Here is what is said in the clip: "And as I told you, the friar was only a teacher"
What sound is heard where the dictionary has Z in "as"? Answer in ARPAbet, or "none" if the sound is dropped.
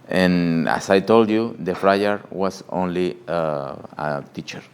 S